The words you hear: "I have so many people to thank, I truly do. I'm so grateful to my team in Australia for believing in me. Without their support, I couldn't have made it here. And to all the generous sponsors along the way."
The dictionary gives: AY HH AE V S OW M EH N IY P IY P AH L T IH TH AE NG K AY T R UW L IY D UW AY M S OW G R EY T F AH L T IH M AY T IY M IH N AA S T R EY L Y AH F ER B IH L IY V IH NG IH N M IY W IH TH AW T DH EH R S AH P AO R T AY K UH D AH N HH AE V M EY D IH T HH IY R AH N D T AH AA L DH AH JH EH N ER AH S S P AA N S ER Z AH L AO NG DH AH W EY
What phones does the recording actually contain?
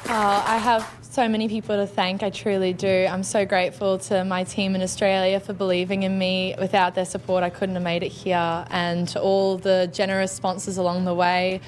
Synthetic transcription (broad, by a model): AY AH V S OW M EH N IY P IY P L T IH TH AE NG K AY T R UW L IY D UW AY M S OW G R EY T F AH L T IH M AY T IY M IH N AA S T R EY L Y AH F ER B IH L IY V IH NG IH N M IY W IH TH AW T DH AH R S AH P AO R T AY K UH D N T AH V M EY D IH T HH IY R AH N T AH AA L DH AH JH EH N ER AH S S P AA N S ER Z AH L AO NG DH AH W EY